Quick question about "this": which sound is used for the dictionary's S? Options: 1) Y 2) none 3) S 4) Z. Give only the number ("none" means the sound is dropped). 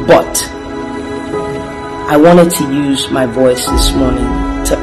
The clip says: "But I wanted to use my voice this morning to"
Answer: 3